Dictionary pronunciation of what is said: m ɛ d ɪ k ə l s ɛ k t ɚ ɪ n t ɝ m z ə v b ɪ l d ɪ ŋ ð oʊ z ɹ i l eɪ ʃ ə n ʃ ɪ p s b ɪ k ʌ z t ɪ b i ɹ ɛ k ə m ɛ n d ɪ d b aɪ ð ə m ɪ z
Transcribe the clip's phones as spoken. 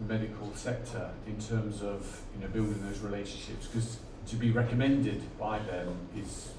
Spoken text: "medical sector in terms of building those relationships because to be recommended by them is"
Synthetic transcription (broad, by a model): m ɛ d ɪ k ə l s ɛ k t ɚ ɪ n t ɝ m z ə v b ɪ l d ɪ ŋ ð oʊ z ɹ i l eɪ ʃ ə n ʃ ɪ p s k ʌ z t ɪ b i ɹ ɛ k ə m ɛ n d ɪ d b aɪ ð ə m ɪ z